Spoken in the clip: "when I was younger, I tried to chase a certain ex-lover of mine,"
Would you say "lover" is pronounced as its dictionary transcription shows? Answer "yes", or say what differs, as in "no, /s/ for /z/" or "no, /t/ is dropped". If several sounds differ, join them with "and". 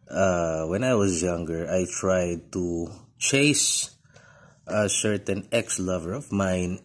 yes